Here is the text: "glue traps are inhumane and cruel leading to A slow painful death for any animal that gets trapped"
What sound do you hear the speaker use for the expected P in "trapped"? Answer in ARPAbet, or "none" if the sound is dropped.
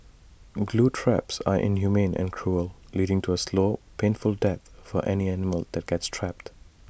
P